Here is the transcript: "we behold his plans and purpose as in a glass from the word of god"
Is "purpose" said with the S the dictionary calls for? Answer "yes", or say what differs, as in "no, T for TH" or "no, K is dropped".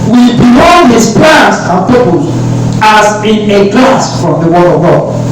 no, S is dropped